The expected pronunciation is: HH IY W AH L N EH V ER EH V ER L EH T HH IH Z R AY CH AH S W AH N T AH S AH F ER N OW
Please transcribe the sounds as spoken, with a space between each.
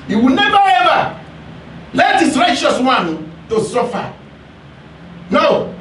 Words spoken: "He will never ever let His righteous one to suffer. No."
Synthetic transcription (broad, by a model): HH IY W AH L N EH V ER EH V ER L EH T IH S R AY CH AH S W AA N T AH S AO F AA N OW